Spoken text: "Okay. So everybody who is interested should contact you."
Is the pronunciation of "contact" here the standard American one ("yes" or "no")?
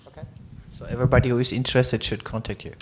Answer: yes